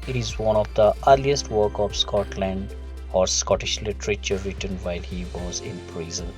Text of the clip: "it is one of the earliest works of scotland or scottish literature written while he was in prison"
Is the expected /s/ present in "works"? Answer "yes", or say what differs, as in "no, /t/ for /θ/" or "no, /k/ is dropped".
no, /s/ is dropped